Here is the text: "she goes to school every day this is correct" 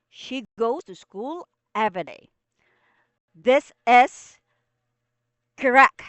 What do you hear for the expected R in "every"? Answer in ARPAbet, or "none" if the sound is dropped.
none